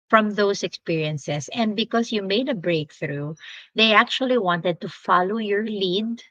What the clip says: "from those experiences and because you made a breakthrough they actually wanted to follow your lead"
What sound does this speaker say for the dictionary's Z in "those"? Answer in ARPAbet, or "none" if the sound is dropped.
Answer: S